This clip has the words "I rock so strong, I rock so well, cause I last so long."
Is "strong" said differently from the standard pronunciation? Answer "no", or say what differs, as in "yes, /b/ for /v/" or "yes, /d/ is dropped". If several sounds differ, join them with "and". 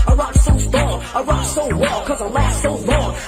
yes, /ɹ/ is dropped